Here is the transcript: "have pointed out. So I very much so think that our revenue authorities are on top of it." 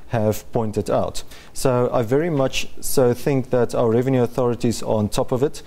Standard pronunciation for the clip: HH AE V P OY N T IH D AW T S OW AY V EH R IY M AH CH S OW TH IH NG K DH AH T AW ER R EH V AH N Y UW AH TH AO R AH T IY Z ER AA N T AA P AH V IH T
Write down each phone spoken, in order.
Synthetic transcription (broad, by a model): HH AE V P OY N T IH D AW T S OW AY V EH R IY M AH CH S OW TH IH NG K DH AH T AW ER R EH V AH N Y UW AH TH AO R AH T IY Z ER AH N T AA P AH V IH T